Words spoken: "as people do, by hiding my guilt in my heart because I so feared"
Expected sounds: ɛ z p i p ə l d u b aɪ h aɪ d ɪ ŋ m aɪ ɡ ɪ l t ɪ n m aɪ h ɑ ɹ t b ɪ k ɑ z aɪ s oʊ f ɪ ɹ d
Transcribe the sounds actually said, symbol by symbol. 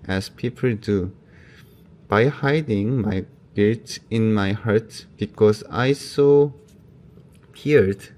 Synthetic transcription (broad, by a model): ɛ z p i p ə l d u b aɪ h aɪ d ɪ ŋ m aɪ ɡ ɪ t ɪ n m aɪ h ɑ ɹ t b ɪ k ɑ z aɪ s oʊ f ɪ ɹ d